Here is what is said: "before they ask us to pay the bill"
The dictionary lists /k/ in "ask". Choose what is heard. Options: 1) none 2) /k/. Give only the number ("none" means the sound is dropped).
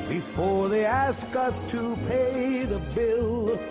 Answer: 2